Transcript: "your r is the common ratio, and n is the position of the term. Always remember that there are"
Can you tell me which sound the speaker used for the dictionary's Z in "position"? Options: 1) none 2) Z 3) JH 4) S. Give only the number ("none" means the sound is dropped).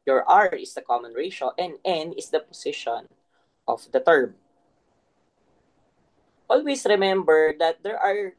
4